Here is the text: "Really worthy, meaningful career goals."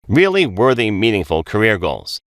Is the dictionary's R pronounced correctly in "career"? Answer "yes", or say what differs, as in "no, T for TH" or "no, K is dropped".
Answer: yes